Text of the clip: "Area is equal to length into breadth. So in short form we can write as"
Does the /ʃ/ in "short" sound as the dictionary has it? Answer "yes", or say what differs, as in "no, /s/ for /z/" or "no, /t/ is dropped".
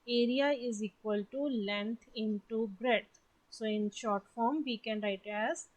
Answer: yes